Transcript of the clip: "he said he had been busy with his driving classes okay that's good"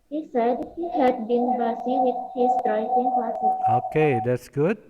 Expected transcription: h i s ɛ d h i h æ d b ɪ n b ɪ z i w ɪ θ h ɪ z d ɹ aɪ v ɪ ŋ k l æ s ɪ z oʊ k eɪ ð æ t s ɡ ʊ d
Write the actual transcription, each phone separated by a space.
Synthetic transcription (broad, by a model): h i s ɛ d h i h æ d b ɪ n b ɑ s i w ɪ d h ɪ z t ɹ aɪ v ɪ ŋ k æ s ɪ oʊ k eɪ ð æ t s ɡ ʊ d